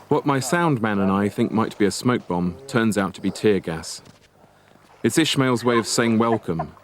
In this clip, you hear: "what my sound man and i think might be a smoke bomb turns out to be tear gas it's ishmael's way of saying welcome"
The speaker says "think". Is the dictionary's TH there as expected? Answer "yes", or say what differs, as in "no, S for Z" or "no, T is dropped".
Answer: yes